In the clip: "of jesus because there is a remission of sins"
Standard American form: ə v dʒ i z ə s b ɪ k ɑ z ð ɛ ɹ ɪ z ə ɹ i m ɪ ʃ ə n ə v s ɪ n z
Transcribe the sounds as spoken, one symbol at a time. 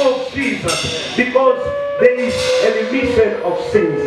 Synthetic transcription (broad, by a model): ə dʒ i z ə s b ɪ k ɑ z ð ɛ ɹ ɪ z ə l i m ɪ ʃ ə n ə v s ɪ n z